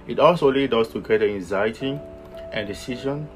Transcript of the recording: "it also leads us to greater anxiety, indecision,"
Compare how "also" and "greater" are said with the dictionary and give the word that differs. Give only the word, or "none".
greater